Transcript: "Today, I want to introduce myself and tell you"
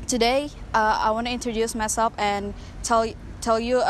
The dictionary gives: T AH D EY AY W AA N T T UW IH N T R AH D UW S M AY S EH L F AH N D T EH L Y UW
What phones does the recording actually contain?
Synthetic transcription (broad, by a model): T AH D EY AY W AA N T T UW IH N T R AH D UW S M AY S EH L F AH N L T EH L Y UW